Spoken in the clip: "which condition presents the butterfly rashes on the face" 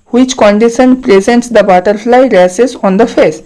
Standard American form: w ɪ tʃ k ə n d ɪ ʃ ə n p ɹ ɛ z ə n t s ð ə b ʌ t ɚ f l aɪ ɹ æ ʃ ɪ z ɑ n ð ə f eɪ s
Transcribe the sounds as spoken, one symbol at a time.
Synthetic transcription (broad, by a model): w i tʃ k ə n d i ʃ ə n p ɹ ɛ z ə n t s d ə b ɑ t ɚ f l aɪ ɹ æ s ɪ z ɑ n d ə f eɪ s